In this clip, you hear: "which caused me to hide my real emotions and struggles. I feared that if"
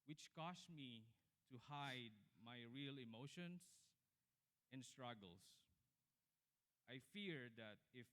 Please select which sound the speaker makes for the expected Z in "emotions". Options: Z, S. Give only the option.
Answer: S